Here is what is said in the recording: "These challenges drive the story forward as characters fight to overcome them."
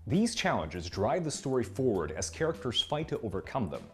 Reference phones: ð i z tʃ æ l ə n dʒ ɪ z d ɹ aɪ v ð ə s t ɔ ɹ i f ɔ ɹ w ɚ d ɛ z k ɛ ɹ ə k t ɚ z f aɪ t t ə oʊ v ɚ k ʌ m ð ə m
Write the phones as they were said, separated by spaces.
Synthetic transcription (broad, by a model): ð i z tʃ æ l ə n dʒ ɪ z d ɹ aɪ v ð ə s t ɔ ɹ i f ɔ ɹ w ɚ d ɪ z k ɛ ɹ ə k t ɚ z f aɪ t t ə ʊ v ɚ k ʌ m ð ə m